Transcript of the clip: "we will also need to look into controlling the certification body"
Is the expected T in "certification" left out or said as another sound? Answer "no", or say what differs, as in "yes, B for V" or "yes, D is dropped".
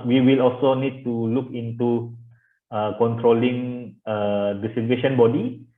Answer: yes, S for T